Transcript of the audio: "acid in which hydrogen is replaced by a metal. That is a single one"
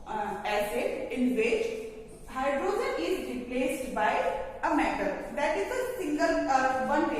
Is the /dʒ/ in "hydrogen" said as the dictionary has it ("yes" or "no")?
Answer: no